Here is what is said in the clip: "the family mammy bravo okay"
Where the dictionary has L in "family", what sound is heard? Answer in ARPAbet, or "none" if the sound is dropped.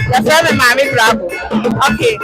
none